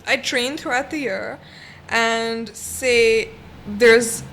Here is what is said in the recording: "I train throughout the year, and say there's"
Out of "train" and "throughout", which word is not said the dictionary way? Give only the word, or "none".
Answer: none